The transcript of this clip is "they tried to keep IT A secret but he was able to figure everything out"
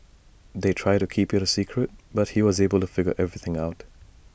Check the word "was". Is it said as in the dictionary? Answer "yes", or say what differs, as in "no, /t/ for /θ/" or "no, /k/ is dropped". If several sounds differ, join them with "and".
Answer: yes